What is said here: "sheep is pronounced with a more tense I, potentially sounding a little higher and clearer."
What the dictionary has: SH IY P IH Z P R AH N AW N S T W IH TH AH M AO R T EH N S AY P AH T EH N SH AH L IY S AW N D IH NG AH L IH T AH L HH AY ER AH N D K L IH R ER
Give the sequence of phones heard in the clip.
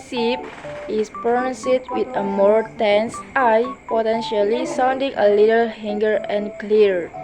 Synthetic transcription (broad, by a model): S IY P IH S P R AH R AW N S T W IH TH AH M AO R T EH N S AY P AH T EH N SH AH L IY S AW N D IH NG AH L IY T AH L HH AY ER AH N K L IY R